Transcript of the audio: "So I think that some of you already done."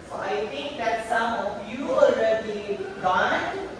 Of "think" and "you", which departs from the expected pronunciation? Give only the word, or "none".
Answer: think